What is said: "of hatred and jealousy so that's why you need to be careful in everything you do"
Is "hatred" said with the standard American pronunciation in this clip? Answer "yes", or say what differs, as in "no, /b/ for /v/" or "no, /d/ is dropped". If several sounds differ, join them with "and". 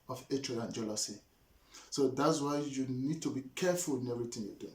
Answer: no, /d/ is dropped